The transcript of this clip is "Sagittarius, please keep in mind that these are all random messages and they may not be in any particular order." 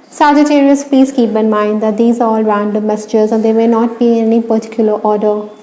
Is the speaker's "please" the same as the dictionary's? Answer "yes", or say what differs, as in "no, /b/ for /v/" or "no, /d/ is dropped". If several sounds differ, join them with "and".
no, /l/ is dropped